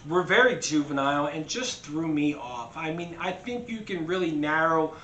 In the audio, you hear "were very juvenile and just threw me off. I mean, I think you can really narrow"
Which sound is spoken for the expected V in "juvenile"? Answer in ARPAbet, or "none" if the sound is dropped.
V